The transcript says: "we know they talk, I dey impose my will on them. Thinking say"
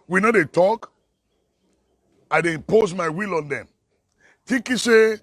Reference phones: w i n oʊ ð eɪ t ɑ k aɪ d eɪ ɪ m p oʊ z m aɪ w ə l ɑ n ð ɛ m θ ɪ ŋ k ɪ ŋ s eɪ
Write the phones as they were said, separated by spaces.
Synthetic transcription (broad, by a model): w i n oʊ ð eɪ t ɑ k aɪ d eɪ p oʊ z m aɪ w ə l ɑ n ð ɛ m t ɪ k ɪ s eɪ